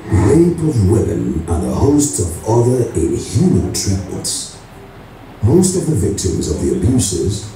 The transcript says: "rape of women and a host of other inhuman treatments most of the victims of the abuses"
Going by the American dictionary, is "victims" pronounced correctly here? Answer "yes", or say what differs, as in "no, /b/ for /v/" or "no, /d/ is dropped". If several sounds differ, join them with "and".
yes